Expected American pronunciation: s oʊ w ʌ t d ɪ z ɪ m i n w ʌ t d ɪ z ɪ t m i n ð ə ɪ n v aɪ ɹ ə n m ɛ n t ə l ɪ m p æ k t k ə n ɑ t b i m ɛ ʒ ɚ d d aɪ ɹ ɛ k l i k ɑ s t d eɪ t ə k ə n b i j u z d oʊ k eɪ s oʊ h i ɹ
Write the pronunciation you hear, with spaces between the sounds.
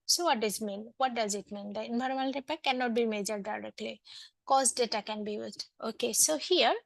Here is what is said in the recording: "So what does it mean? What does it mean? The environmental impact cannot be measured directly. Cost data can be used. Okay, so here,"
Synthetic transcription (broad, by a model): s oʊ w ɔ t d ɪ z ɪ m i n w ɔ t d ɪ z ɪ t m i n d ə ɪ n b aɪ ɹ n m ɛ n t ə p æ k k ə n ɑ t b i m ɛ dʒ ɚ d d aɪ ɹ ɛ k l i k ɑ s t d eɪ t ə k ə n b i j u z d oʊ k eɪ s oʊ h i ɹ